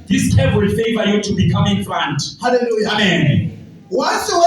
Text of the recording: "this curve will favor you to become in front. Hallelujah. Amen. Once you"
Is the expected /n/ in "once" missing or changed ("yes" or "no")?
yes